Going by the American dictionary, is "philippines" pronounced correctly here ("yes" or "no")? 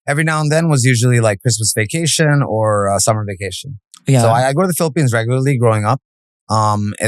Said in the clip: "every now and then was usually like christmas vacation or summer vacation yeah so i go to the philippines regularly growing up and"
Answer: yes